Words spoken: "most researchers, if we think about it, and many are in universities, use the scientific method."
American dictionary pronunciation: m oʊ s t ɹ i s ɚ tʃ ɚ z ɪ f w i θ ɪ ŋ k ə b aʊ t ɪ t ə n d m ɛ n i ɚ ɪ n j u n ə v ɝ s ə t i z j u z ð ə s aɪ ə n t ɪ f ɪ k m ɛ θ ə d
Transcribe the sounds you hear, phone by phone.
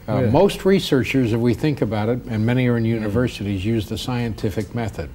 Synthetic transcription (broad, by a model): m oʊ s t ɹ i s ɚ tʃ ɚ z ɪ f w i θ ɪ ŋ k ə b aʊ t ɪ t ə n m ɛ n i ɚ ɪ n j u n ə v ɝ s ə t i z j u z ð ə s aɪ ə n t ɪ f ɪ k m ɛ θ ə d